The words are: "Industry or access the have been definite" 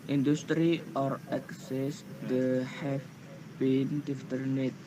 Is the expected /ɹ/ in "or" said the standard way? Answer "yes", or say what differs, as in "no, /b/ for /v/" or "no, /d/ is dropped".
yes